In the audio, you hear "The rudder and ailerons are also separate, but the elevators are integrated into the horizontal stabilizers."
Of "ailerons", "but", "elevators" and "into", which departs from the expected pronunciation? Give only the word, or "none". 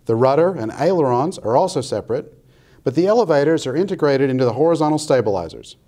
none